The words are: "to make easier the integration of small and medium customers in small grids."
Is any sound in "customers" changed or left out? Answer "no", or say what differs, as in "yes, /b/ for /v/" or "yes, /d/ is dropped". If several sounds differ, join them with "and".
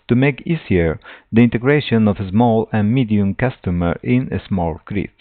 yes, /z/ is dropped